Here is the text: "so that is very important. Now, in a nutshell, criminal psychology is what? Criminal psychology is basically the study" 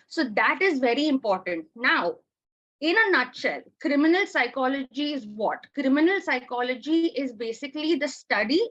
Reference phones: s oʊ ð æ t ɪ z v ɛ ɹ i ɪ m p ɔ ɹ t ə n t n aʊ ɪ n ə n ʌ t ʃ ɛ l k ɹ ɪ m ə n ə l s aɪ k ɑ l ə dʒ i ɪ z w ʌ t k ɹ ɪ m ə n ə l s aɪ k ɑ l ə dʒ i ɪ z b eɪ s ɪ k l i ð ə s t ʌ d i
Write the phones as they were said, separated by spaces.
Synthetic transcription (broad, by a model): s oʊ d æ t ɪ z v ɛ ɹ i ɪ m p ɔ ɹ t ə n t n aʊ ɪ n ə n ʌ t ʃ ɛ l k ɹ ɪ m ə n ə l s aɪ k ɑ l ə dʒ i ɪ z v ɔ t k ɹ ɪ m ə n ə l s aɪ k ɑ l ə dʒ i ɪ z b eɪ s ɪ k l i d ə s t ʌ d i